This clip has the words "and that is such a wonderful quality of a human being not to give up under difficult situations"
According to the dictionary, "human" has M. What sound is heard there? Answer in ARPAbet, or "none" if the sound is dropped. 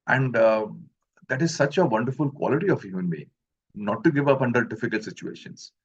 none